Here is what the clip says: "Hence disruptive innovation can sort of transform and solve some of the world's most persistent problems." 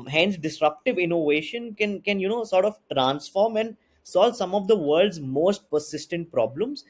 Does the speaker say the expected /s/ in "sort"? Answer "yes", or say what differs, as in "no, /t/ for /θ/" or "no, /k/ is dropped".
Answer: yes